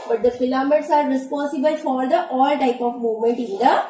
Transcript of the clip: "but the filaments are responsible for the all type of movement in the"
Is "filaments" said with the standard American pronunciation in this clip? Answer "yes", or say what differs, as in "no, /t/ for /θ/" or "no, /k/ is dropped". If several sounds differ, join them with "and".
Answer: no, /n/ is dropped